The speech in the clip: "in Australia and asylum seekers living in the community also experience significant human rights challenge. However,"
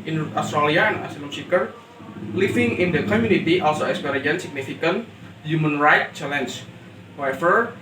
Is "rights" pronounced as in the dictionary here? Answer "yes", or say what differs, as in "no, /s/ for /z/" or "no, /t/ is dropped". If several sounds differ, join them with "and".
no, /s/ is dropped